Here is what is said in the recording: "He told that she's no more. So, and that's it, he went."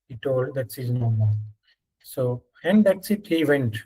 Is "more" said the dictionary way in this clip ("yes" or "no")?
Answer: no